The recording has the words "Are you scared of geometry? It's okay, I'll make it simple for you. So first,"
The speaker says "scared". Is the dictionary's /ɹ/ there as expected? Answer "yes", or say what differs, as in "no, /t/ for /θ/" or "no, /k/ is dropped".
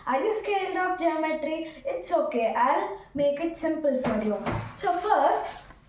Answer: no, /l/ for /ɹ/